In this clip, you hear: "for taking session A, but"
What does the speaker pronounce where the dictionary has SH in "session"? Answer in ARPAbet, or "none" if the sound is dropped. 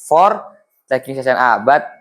S